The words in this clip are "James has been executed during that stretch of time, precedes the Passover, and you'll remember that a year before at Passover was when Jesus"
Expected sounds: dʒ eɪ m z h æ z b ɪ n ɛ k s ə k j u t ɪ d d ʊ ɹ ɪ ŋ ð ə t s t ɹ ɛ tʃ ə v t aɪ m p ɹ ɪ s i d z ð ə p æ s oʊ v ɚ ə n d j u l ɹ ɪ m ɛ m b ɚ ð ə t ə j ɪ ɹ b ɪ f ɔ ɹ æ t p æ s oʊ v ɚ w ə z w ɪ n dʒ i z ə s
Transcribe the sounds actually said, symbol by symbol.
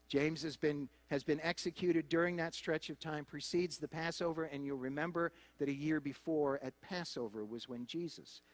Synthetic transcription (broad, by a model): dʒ eɪ m z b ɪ z b ɪ n ɛ k s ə k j u t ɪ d d ʊ ɹ ɪ ŋ ð ə t s t ɹ ɛ tʃ ə v t aɪ m p ɹ ɪ s i d z ð ə p æ s oʊ v ɚ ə n j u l ɹ ɪ m ɛ m b ɚ ð ə t ə j ɪ ɹ b ɪ f ɔ ɹ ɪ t p æ s oʊ v ɚ w ə z w ɪ n dʒ i z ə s